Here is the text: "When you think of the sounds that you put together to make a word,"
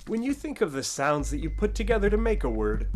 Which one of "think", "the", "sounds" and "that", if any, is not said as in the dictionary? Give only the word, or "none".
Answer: none